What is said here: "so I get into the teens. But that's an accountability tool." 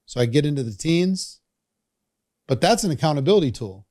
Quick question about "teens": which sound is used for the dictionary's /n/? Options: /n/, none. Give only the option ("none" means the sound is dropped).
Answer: /n/